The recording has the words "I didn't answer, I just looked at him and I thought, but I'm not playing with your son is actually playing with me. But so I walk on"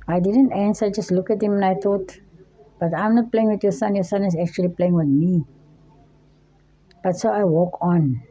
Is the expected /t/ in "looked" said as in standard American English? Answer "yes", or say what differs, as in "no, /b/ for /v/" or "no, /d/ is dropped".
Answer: no, /t/ is dropped